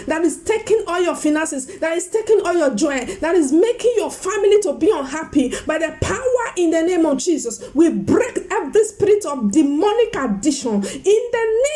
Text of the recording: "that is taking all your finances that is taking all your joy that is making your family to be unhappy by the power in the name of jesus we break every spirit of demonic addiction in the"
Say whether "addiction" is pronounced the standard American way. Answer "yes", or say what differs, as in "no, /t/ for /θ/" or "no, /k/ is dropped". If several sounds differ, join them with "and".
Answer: no, /k/ is dropped